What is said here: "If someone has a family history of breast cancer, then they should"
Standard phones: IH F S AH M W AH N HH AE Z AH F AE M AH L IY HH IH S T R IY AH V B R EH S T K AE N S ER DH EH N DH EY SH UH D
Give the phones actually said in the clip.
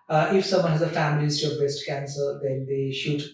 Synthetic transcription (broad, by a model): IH F S AH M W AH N HH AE Z AH F AE M AH L IY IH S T IY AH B EH S T K AE N S ER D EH N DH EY SH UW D